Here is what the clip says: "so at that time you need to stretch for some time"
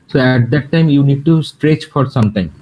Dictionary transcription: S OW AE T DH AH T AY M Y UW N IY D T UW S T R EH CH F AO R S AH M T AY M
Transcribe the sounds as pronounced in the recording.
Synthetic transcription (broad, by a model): S OW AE T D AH T AY M Y UW N IY D T UW S T R EH CH F AO R S AH M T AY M